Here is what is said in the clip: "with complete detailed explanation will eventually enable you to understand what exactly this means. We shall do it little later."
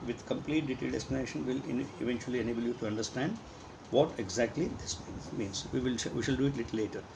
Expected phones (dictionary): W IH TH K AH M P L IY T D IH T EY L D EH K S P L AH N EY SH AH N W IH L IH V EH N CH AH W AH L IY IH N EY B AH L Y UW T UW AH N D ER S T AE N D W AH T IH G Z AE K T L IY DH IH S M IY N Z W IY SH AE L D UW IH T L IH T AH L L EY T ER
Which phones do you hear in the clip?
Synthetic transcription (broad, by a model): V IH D K AH M P L IY T D IH T EY L D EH S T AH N EY SH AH N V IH L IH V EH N CH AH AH L IY IH N EY B AH L Y UW T UW AH N D ER S T AE N D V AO T IH G Z AE K T L IY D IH S M IY N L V IY SH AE L D UW IH T L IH T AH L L EY T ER